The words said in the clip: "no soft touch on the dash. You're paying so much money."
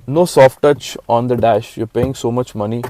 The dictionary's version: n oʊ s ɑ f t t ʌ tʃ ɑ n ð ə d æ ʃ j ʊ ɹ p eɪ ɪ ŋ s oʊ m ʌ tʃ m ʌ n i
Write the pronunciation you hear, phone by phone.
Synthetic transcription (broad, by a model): n oʊ s ɑ f t t ʌ tʃ ɑ n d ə d æ ʃ j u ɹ p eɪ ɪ ŋ s oʊ m ʌ tʃ m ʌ n i